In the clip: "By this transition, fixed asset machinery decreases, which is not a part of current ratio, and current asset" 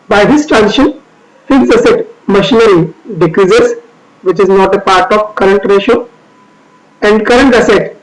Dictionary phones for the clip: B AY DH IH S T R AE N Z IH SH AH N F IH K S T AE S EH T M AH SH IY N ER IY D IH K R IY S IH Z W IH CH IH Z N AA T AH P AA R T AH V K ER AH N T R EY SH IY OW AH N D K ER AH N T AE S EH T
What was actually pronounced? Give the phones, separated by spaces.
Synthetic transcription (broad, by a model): B AY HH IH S T R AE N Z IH SH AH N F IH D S AH S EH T M AH SH IY N ER IY D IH K R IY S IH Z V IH CH IH Z N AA T AH P AA R T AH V K ER AH N T R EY SH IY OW AH N D K ER AH N T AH S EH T